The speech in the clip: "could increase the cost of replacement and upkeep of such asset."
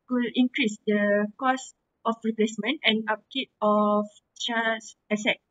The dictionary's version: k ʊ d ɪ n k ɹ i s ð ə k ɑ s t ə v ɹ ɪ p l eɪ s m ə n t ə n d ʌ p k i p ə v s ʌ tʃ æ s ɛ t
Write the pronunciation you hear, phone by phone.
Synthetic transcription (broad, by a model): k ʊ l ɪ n k ɹ i s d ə k ɑ s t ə f ɹ ɪ p l eɪ s m ə n t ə n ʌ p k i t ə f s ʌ s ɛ s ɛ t